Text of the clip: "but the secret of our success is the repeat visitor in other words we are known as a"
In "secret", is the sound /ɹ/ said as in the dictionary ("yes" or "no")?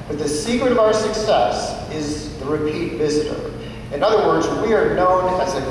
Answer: yes